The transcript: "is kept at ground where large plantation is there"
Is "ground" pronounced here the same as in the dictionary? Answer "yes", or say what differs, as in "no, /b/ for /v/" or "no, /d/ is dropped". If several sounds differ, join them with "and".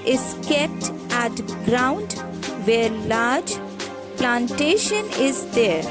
yes